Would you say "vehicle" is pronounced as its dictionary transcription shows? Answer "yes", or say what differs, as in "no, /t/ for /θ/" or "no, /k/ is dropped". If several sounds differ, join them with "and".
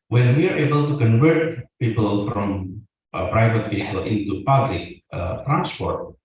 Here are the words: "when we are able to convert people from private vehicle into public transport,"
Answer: no, /p/ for /v/